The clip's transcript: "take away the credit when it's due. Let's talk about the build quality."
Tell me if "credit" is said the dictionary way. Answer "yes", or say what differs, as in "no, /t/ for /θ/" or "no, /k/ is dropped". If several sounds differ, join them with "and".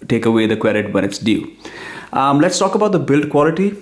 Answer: no, /w/ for /ɹ/